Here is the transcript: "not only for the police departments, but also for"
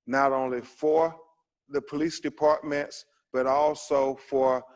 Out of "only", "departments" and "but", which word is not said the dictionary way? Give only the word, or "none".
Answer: none